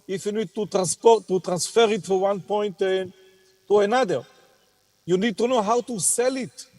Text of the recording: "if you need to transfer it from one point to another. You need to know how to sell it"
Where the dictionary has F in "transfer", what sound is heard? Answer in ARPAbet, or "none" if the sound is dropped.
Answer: P